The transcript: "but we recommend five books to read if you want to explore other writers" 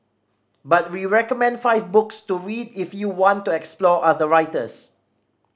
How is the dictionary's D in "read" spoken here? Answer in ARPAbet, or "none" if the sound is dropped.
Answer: D